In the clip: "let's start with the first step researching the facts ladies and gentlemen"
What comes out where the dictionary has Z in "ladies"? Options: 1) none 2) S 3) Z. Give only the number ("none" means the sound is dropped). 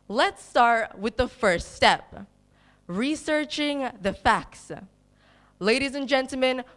3